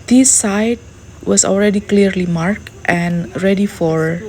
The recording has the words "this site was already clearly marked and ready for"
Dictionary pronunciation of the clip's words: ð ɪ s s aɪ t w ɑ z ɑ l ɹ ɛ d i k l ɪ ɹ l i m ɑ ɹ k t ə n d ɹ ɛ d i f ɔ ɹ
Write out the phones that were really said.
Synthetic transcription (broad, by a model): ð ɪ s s aɪ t w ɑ s ɑ l ɹ ɛ d i k l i ɹ l i m ɑ ɹ k t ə n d ɹ ɛ d i f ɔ ɹ